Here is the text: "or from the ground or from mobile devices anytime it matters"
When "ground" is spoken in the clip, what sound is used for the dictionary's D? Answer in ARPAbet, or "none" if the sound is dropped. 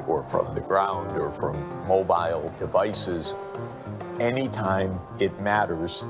D